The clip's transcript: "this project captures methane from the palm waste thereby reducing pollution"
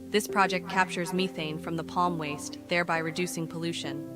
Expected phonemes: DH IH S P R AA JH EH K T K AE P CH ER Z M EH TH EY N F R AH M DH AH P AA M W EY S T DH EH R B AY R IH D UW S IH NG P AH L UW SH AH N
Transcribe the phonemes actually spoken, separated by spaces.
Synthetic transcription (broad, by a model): DH IH S P R AA JH EH K T K AE P CH ER Z M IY TH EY N F R AH M DH AH P AA M W EY S T DH EH R B AY R IH D UW S IH NG P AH L UW SH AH N